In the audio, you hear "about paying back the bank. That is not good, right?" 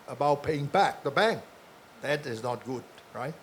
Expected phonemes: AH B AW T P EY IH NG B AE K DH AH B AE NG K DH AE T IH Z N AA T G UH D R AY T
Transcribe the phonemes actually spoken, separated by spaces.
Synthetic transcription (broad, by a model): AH B AW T P EY IH NG B AE K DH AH B AE NG K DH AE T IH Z N AA T G UH D R AY T